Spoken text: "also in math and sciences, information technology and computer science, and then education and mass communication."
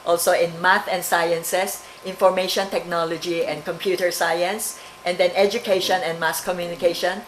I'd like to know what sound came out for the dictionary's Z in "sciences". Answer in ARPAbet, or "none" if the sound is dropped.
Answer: S